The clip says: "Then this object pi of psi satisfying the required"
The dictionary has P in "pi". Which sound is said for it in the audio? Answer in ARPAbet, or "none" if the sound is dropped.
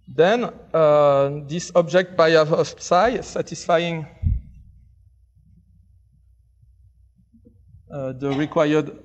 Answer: B